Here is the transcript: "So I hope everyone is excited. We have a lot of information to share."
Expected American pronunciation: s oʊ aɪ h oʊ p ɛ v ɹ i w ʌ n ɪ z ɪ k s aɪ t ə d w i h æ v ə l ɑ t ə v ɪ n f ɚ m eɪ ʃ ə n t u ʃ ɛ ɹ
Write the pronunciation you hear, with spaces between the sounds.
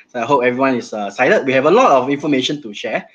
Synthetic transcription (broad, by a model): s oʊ aɪ h oʊ p ɛ v ɹ i w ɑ n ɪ s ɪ s aɪ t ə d w i h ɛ v ə l ɑ t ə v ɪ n f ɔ m eɪ ʃ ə n t u ʃ ɛ